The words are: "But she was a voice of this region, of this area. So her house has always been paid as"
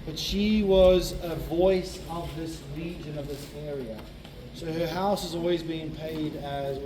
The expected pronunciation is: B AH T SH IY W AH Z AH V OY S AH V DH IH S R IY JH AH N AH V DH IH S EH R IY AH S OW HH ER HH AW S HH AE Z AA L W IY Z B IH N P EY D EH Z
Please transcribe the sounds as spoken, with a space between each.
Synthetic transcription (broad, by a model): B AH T SH IY W AH Z AH V OY S AH V DH IH S L IY JH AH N AH V DH IH S EH R IY AH S OW HH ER HH AW S HH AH Z AA L W IY Z B IH N P EY D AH Z